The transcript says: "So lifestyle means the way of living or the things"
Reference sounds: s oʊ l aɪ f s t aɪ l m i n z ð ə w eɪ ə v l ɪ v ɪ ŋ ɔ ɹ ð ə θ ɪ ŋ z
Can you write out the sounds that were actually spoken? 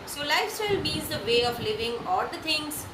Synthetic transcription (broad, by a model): s oʊ l aɪ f s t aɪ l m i z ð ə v eɪ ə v l ɪ v ɪ ŋ ɔ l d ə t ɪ ŋ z